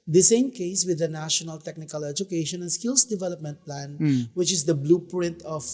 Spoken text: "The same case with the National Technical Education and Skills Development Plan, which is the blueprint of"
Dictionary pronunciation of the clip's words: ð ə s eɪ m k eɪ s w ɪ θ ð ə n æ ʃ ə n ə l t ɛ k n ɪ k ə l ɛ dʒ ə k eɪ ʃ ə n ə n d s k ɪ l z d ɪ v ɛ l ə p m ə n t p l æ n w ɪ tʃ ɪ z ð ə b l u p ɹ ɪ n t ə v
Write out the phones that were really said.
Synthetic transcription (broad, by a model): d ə s eɪ m k eɪ s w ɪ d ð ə n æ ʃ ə n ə l t ɛ k n ɪ k ə l ɛ dʒ ə k eɪ ʃ ə n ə n s k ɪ l s d ɪ v ɛ l ə p m ə n t p l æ n w ɪ tʃ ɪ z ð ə b l u p ɹ ɪ n t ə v